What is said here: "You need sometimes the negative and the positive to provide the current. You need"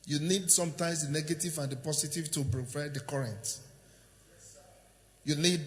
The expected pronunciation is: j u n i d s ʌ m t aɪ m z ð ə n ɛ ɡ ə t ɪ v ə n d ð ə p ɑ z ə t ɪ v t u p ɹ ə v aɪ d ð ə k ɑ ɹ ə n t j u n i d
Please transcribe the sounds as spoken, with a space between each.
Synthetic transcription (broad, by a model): j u n i d s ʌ m t aɪ m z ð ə n ɛ ɡ ə t ɪ v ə n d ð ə p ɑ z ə t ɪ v t u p ɹ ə p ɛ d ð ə k ɑ ɹ ə n t j u n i d